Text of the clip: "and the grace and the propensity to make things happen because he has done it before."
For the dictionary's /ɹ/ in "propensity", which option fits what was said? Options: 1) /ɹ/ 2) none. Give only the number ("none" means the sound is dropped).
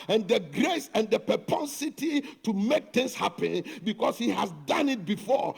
2